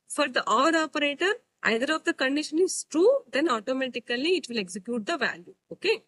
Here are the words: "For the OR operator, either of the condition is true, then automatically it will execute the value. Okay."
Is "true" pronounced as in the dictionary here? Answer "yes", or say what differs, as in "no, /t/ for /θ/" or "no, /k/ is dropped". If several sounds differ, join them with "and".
yes